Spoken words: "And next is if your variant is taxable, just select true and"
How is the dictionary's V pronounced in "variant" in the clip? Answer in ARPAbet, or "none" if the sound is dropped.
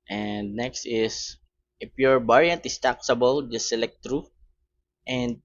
B